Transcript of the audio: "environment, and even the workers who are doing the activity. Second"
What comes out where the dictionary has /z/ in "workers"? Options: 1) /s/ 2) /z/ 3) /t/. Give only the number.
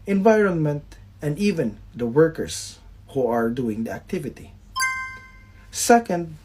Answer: 1